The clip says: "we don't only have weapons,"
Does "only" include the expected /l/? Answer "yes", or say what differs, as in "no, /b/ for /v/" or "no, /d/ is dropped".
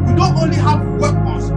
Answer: yes